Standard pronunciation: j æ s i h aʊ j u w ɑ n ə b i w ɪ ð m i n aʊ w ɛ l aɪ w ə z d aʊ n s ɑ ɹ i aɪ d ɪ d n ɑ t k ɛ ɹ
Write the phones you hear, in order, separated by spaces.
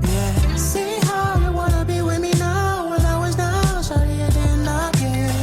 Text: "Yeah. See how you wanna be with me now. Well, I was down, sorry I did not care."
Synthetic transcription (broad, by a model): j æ s i h aʊ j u w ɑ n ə b i w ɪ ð m i n aʊ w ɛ n aɪ w ə z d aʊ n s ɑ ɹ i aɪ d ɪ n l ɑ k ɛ